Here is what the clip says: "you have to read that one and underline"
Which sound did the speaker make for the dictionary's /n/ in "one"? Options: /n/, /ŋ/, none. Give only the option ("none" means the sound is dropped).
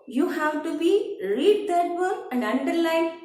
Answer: none